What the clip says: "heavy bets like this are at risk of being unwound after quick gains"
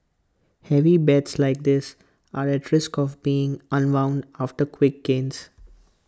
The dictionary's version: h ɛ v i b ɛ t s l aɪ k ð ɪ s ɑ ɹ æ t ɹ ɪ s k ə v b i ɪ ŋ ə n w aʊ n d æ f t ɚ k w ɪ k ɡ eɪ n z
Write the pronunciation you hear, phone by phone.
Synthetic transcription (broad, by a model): h ɛ v i b ɛ t s l aɪ k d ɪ s ɑ ɹ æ t ɹ ɪ s k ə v b i ɪ ŋ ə n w aʊ n d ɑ f t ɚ k w ɪ k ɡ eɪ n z